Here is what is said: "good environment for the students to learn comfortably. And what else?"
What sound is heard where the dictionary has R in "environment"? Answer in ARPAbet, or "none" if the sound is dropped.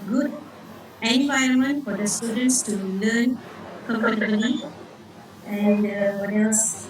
none